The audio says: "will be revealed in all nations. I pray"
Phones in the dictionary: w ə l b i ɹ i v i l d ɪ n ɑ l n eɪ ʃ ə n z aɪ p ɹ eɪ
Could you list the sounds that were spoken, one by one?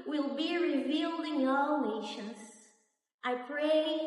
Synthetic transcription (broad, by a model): w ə l b i ɹ i v i l d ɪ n ɑ l n eɪ ʃ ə n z aɪ p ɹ eɪ